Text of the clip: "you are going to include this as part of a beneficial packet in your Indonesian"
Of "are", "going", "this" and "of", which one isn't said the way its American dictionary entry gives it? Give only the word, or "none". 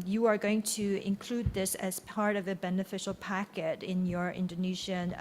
none